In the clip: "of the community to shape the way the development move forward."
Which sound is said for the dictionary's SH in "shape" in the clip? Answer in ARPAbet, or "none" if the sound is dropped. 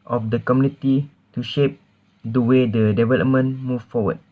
SH